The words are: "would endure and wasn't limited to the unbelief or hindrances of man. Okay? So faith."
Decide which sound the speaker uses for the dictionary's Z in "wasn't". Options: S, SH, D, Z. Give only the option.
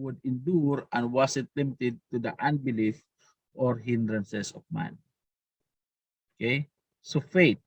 S